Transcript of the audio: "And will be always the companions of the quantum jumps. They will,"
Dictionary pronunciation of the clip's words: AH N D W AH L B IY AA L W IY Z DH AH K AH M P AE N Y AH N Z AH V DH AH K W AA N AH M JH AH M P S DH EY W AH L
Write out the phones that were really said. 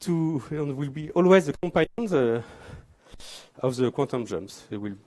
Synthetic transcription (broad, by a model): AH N W AH L B IY AA L W IY Z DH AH K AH M P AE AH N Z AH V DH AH K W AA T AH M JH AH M S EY W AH L